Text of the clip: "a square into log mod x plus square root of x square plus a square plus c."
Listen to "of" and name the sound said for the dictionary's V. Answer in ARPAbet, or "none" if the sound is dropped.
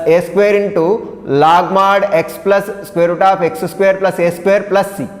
P